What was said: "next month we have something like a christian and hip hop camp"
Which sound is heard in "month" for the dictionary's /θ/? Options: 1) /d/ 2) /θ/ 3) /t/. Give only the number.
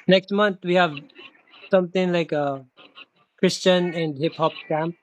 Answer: 3